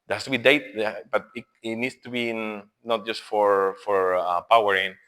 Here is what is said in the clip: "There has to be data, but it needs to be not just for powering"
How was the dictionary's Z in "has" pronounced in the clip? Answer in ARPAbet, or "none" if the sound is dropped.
S